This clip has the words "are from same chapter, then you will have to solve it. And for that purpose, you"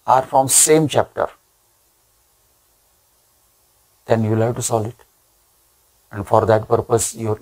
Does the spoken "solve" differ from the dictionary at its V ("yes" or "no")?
yes